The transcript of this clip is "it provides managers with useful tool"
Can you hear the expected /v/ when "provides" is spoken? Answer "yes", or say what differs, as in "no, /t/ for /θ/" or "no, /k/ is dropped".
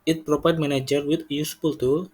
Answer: no, /p/ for /v/